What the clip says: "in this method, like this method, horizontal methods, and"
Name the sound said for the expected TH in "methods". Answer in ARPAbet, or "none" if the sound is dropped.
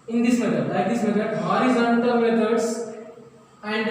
T